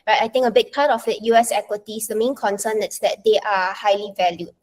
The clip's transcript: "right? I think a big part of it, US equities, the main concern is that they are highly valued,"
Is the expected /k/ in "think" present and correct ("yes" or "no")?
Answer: no